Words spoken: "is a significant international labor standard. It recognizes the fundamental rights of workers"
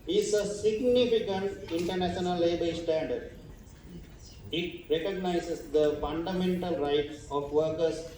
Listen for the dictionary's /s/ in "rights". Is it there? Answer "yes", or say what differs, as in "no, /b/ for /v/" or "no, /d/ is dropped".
no, /s/ is dropped